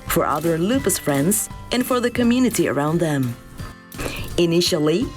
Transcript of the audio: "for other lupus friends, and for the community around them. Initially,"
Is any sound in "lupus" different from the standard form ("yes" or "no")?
no